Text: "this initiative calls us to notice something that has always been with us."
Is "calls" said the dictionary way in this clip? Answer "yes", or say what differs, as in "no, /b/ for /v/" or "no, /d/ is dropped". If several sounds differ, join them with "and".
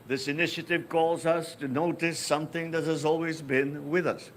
yes